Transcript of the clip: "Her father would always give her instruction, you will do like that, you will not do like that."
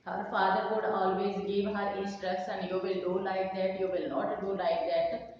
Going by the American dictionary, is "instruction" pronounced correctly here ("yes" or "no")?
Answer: no